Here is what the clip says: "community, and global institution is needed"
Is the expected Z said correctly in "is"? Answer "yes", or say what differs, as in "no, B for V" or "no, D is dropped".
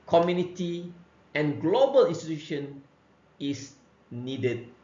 no, S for Z